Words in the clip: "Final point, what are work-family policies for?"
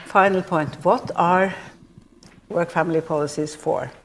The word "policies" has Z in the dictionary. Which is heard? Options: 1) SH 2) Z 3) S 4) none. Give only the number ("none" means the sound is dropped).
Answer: 3